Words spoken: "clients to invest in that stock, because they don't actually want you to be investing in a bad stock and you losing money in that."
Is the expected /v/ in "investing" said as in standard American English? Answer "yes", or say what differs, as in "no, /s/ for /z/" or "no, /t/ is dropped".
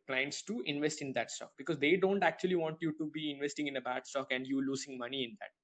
yes